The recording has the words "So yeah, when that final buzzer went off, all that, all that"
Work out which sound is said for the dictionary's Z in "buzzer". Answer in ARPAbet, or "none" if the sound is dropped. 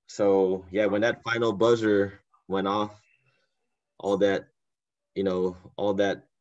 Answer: Z